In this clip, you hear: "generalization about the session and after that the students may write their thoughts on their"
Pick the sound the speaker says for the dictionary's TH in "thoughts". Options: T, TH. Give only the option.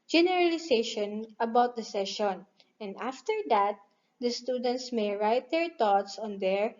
T